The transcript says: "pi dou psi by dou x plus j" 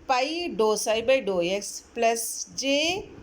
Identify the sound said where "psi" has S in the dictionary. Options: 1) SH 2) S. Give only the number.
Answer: 2